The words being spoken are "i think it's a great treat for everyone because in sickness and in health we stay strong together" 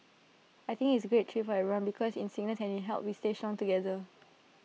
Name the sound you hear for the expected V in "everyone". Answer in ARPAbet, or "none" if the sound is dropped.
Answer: none